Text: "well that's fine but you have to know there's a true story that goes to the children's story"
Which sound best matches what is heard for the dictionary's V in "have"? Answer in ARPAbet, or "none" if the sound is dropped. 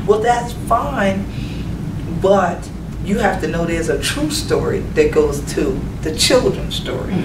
F